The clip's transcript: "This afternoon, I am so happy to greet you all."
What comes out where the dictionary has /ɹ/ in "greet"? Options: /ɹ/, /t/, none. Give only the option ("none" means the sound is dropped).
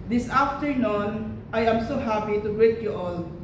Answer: none